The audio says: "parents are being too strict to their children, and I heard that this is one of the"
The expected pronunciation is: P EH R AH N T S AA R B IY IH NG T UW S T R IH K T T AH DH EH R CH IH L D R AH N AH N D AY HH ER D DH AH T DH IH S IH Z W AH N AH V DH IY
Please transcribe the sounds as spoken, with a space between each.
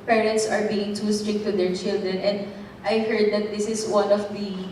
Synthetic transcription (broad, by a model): P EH R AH N T S AA R B IY IH NG T UW S T R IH K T T AH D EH R CH IH L D R AH N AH N D AY HH ER D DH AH T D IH S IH S W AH N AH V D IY